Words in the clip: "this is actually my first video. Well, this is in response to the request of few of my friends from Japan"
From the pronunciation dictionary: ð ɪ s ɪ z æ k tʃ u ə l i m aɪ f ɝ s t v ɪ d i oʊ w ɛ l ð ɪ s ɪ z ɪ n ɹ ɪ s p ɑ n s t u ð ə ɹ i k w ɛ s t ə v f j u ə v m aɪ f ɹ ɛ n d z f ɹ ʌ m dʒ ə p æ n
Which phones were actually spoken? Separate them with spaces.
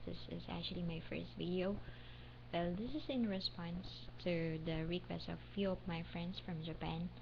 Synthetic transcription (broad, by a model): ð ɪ s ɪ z æ k tʃ u ə l i m aɪ f ɝ s t v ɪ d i oʊ w ɛ l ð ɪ s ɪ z ɪ n ɹ ɪ s p ɑ n s t u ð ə ɹ i k w ɛ s t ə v f j u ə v m aɪ f ɹ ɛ n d s f ɹ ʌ m dʒ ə p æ n